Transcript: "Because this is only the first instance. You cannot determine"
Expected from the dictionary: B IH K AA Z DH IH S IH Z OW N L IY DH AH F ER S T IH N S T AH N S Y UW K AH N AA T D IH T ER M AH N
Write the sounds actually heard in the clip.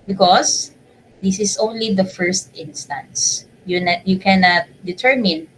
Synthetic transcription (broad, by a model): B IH K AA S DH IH S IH S OW N L IY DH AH F ER S T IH N S T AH N S Y UW K AH N AA T D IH T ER M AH N